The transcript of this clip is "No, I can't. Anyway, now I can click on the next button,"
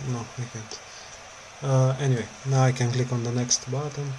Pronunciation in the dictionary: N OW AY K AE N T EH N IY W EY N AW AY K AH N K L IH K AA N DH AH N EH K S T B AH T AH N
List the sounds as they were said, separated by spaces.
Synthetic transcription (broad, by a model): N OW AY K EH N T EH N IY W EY N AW AY K AH N K L IH K AA N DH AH N EH K S T B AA T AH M